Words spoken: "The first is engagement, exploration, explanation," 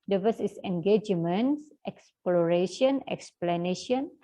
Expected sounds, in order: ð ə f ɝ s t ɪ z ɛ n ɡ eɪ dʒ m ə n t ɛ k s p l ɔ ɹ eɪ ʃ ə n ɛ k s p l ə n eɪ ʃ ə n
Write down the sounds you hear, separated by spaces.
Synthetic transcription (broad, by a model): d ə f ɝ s ɪ s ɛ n ɡ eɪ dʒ m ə n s ɛ k s p l ɔ ɹ eɪ ʃ ə n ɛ k s p l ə n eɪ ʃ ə n